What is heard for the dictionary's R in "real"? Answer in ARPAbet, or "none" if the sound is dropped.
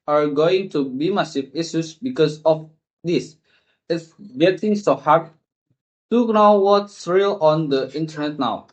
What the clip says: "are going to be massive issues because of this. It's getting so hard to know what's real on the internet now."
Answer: R